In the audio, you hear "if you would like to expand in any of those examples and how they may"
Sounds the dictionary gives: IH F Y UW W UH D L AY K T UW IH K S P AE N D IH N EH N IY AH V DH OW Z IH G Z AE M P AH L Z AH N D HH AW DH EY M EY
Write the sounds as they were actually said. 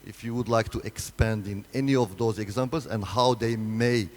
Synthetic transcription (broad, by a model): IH F Y UW W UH D L AY K T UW IH K S P AE N D IH N EH N IY AH V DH OW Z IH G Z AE M P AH L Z AH N D HH AW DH EY M EY